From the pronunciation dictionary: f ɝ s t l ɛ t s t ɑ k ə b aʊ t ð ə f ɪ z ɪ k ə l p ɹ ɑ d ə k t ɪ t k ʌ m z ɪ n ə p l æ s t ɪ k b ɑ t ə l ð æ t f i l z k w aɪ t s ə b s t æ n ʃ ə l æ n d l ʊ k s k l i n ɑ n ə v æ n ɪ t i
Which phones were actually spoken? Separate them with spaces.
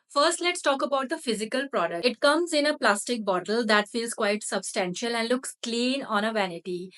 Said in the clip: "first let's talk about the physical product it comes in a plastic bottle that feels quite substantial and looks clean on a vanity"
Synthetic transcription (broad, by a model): f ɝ s t l ɛ t s t ɑ k ə b aʊ t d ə f ɪ z ɪ k ə l p ɹ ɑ d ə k ɪ t k ʌ m z ɪ n ə p l æ s t ɪ k b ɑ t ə l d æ t f i l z k w aɪ t s ə b s t æ n ʃ ə l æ n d l ʊ k s k l i n ɑ n ə v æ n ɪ t i